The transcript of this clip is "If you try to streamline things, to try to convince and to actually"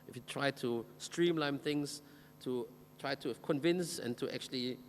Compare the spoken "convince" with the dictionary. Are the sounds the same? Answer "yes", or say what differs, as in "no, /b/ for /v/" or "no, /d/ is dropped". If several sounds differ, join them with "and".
yes